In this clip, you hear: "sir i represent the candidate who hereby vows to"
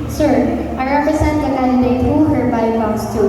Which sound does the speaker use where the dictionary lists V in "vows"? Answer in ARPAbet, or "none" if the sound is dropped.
P